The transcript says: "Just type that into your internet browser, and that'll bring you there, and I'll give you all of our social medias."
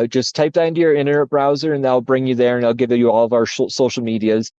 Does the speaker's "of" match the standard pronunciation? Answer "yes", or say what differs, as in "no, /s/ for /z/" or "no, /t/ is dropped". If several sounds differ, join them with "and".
yes